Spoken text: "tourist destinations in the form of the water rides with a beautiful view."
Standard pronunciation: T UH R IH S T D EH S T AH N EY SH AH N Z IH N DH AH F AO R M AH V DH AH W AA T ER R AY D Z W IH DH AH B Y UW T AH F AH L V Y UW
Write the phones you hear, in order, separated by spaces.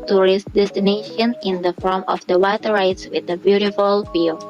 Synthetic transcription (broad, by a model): T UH R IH S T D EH S T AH N EY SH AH N IH N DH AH F AO R M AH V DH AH W AA T ER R AY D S W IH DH AH B Y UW T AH F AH L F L